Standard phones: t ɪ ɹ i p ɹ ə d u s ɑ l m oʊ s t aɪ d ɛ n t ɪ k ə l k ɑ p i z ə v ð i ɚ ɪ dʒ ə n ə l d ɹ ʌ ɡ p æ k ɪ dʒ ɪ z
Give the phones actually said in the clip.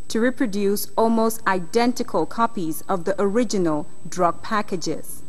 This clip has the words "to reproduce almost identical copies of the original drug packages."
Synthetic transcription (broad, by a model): t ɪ ɹ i p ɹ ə d u s ɑ l m oʊ s t aɪ d ɛ n t ɪ k ə l k ɑ p i z ə v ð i ɚ ɪ dʒ ə n ə l d ɹ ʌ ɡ p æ k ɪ dʒ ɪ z